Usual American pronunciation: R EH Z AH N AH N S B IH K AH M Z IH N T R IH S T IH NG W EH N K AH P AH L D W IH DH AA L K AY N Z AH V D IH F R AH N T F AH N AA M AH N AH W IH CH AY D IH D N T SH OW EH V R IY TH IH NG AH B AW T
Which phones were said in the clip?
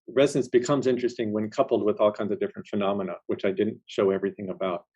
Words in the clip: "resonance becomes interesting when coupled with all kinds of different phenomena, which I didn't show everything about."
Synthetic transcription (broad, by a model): R EH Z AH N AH N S B IH K AH M Z IH N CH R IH S T IH NG W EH N K AH P L D W IH DH AA L K AY N Z AH V D IH F R AH N T F AH N AA M AH N AH W IH CH AY D IH D N T SH OW EH V R IY TH IH NG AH B AW T